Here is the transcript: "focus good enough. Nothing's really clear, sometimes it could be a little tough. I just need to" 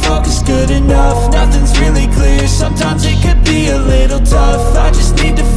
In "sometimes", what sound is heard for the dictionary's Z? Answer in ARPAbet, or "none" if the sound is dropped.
Z